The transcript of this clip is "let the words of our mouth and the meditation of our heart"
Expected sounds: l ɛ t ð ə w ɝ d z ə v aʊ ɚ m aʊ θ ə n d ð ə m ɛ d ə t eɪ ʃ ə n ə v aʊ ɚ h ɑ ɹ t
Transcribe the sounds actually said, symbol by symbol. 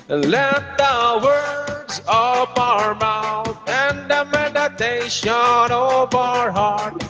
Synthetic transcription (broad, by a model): l ɛ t ð ə w ɝ d z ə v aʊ ɚ m aʊ θ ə n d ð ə m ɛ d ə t eɪ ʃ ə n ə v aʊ ɚ h ɑ ɹ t